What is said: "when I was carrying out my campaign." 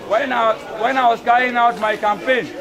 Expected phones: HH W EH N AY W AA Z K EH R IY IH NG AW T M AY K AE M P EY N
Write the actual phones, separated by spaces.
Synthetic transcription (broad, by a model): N W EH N AY W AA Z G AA IY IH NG AW T M AY K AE M P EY N